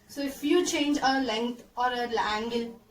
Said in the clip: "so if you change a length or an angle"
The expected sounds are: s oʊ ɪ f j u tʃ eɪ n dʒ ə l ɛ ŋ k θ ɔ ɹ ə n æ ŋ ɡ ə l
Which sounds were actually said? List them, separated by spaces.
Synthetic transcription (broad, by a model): s oʊ ɪ f j u tʃ eɪ n dʒ ə l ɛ ŋ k t ɔ ɹ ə l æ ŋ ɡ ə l